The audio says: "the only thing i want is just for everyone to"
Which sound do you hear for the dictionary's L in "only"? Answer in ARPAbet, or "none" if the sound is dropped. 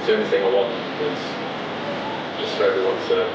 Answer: none